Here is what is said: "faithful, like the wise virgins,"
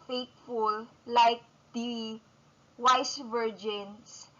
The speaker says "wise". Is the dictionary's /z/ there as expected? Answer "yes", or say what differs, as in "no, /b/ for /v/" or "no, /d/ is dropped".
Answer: no, /s/ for /z/